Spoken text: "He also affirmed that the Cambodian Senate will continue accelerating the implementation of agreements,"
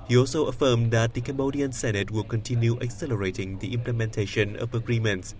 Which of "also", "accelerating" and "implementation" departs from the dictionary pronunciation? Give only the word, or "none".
none